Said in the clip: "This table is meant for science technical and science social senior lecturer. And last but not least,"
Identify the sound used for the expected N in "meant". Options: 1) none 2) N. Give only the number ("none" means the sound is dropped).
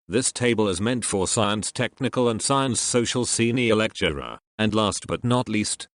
2